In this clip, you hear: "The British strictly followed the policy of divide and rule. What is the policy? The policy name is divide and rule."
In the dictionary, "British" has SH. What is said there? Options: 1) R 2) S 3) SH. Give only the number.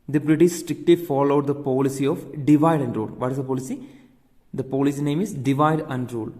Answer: 2